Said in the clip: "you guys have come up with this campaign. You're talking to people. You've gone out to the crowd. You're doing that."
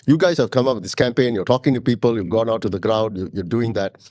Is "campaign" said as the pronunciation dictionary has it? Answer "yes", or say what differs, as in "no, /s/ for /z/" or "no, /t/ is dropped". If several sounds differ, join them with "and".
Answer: yes